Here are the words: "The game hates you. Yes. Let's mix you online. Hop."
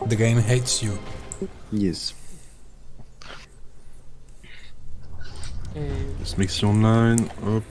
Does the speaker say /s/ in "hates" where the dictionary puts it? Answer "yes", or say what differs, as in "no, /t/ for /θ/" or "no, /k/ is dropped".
yes